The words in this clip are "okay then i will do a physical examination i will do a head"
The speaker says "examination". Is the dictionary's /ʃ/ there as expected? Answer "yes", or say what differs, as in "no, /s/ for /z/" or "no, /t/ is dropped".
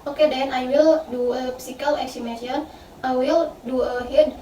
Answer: no, /ʃ/ is dropped